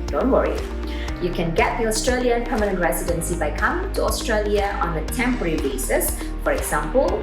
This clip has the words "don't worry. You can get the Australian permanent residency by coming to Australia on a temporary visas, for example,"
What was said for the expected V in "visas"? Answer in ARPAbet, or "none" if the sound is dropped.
B